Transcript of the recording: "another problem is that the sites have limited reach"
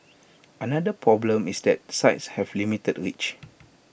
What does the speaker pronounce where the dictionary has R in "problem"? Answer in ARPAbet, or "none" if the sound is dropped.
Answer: R